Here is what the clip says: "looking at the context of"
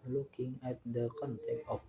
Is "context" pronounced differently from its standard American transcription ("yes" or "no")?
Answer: yes